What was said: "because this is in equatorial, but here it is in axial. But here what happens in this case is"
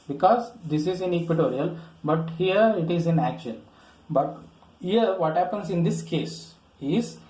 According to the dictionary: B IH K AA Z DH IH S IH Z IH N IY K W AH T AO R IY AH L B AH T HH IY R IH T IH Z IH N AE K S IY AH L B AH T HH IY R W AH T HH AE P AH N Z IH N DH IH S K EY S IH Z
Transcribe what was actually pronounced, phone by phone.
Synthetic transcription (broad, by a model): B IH K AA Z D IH S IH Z IH N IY K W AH T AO R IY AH L B AH T HH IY R IH T IH Z IH N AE K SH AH N B AH T HH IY R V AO T HH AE P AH N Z IH N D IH S K EY S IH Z